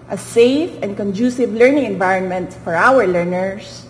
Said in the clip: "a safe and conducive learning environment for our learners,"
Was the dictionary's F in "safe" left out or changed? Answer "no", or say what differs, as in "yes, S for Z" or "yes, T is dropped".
no